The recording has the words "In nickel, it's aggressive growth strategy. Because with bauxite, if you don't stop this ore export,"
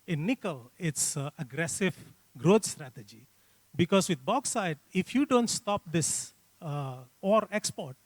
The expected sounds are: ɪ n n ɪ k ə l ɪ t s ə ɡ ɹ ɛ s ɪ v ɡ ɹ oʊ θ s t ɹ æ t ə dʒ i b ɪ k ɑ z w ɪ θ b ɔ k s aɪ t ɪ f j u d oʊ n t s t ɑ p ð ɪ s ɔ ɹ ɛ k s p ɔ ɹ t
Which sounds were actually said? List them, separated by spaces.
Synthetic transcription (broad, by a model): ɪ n n ɪ k ə l ɪ t s ə ɡ ɹ ɛ s ɪ v ɡ ɹ oʊ t s t ɹ æ t ə dʒ i b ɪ k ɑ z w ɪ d b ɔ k s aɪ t ɪ f j u d oʊ n t s t ɑ p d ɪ s ɔ ɹ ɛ k s p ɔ ɹ t